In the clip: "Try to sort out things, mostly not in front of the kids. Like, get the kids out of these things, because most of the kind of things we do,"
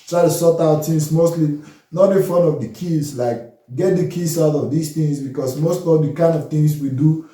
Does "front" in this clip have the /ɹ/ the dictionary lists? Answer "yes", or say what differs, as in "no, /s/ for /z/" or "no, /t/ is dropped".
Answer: no, /ɹ/ is dropped